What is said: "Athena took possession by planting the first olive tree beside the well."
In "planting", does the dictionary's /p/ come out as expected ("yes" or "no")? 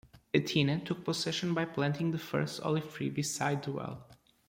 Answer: yes